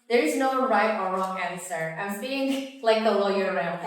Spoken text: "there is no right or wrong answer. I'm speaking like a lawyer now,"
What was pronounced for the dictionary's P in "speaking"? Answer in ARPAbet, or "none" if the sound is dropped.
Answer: none